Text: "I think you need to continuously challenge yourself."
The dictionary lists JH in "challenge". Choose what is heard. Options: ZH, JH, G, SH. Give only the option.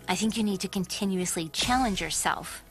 JH